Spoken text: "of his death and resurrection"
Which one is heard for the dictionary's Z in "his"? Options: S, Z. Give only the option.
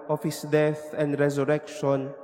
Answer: S